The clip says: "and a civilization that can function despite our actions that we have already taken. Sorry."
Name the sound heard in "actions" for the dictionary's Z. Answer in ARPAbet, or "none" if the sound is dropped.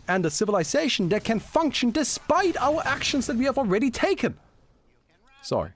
Z